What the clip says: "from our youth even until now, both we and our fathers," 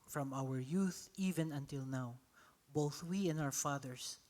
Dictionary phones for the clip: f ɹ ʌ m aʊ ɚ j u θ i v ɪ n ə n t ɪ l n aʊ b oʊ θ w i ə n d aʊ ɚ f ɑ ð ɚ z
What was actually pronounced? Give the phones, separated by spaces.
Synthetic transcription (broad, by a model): f ɹ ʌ m aʊ ɚ j u θ i v ɪ n ə n t ɪ l n aʊ b oʊ θ w i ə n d aʊ ɚ f ɑ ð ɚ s